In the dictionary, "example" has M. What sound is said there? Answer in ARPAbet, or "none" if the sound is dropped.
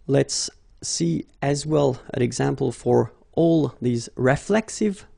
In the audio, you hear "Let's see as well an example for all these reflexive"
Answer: M